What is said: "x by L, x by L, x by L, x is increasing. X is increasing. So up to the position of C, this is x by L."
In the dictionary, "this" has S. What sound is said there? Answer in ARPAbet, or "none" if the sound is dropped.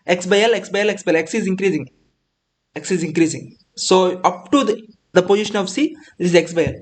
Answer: none